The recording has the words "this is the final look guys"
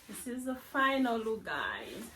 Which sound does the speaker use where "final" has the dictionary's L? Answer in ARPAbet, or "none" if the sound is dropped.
L